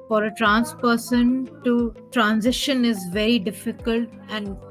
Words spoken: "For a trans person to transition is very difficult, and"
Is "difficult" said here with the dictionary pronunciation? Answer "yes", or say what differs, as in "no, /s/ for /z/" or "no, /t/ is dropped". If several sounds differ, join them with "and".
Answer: yes